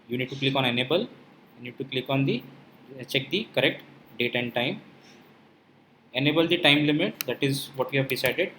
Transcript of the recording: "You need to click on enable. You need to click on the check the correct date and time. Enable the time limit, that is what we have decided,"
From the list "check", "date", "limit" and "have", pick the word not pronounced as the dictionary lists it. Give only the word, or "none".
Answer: none